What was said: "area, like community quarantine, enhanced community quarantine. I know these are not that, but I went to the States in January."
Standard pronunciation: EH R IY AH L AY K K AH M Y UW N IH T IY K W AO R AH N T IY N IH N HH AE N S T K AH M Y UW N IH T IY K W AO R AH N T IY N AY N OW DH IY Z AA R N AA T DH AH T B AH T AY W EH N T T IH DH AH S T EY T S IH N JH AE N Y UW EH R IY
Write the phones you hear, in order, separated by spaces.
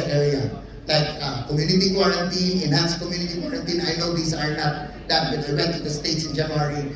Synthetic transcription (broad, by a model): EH R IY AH L AY K K AH M Y UW N IH T IY K W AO R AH N T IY N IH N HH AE N S K AH M Y UW N IH T IY K W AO R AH N T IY N AY N OW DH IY S AA R N AA T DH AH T B AH T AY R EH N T T IH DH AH S T EY T S IH N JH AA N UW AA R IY